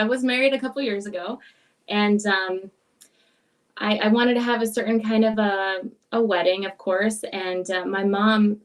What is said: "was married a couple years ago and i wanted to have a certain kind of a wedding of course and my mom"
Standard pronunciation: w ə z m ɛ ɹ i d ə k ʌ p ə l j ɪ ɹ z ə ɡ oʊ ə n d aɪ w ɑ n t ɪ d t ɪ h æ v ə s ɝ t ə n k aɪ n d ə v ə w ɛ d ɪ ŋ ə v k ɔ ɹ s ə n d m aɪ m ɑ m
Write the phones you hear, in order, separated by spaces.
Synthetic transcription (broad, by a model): w ə z m ɛ ɹ i d ə k ʌ p l j ɪ ɹ z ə ɡ oʊ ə n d aɪ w ɑ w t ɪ d t ɪ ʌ v ə s ɝ t n k aɪ n d ə v ə w ɛ d ɪ ŋ ə v k ɔ ɹ s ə n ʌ m aɪ m ɑ m